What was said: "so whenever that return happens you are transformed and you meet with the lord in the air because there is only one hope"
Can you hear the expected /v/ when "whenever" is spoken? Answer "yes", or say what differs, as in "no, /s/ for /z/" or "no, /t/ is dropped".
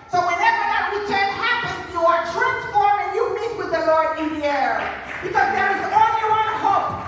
yes